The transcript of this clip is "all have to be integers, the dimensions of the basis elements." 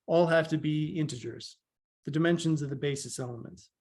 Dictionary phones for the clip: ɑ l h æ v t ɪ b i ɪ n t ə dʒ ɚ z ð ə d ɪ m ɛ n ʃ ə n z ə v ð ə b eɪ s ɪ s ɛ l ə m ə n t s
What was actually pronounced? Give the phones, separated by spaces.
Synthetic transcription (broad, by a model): ɑ l h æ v t ɪ b i ɪ n t ə dʒ ɚ z ð ə d ɪ m ɛ n ʃ ə n z ə v ð ə b eɪ s ɪ s ɛ l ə m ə n t s